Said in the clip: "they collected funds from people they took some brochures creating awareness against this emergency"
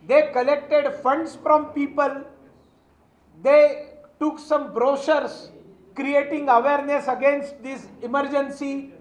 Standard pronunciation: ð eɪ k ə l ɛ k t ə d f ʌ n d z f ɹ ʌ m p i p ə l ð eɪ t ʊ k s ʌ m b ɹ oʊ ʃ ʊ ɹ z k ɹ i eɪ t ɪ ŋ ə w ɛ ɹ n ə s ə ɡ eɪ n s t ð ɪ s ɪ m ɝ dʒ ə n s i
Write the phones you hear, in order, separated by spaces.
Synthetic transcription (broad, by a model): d eɪ k ə l ɛ k t ə d f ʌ n d s f ɹ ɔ m p i p ə l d eɪ t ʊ k s ʌ m b ɹ oʊ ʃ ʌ ɹ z k ɹ i eɪ t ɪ ŋ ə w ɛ ɹ n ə s ə ɡ eɪ n s t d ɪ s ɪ m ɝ dʒ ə n s i